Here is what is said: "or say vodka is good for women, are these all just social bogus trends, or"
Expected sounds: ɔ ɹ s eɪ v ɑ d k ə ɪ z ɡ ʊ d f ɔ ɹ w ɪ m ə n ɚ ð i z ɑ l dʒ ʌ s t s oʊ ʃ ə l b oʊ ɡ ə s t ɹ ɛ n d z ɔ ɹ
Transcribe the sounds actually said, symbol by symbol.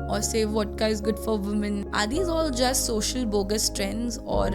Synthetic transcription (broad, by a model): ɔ ɹ s eɪ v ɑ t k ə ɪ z ɡ ʊ d f ɔ ɹ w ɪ m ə n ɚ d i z ɑ l dʒ ʌ s t s oʊ ʃ ə l b oʊ ɡ ə s t ɹ ɛ n d z ɔ ɹ